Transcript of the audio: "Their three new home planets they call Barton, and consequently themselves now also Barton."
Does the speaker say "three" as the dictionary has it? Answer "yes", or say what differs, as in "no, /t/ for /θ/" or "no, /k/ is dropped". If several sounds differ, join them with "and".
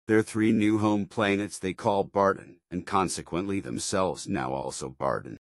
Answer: yes